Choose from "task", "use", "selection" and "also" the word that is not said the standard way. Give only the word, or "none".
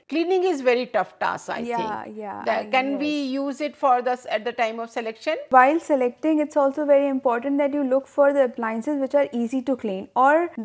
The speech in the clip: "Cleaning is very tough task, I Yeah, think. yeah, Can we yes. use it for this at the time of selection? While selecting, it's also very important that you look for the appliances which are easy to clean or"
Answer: task